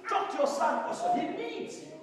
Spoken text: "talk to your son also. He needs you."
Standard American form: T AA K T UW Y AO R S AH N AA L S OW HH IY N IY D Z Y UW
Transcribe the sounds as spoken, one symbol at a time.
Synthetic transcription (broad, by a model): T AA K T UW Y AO S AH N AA S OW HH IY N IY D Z